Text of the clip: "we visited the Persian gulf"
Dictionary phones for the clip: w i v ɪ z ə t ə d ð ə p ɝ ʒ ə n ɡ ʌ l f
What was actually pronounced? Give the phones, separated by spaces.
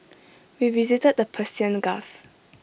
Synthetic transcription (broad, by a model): w i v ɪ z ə t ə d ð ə p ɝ s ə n ɡ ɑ f